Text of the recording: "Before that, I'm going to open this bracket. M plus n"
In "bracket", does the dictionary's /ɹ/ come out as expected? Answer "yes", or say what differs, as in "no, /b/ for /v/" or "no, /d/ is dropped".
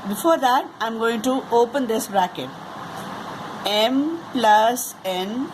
yes